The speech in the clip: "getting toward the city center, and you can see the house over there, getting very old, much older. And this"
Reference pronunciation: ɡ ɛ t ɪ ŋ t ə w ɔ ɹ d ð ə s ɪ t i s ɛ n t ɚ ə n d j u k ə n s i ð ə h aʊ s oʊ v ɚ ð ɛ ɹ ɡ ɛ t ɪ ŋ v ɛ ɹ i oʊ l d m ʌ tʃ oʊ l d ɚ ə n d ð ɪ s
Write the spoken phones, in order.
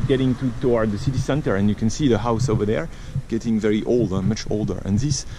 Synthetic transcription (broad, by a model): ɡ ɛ t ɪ ŋ t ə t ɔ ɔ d ð ə s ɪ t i s ɛ n t ɚ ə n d j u k ə n s i ð ə h aʊ s oʊ v ɚ ð ɛ ɹ ɡ ɛ t ɪ ŋ v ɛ ɹ i oʊ l d m ʌ tʃ oʊ l d ɚ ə n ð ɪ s